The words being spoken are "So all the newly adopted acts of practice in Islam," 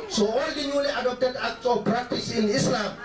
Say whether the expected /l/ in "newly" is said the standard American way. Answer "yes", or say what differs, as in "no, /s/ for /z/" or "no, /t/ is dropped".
yes